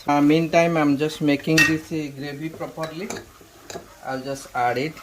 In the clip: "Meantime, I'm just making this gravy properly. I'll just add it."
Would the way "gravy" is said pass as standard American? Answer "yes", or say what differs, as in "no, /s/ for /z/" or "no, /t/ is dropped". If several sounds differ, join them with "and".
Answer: no, /b/ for /v/